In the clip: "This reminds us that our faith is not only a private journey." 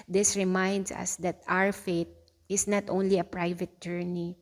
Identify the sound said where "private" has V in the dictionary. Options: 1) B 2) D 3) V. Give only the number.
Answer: 3